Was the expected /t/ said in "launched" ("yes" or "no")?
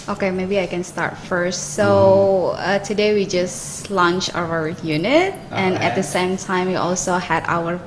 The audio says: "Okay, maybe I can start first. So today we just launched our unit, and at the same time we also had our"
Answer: no